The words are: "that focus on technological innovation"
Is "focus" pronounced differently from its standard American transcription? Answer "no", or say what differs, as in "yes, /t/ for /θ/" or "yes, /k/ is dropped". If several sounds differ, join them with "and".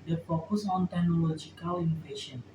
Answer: yes, /p/ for /f/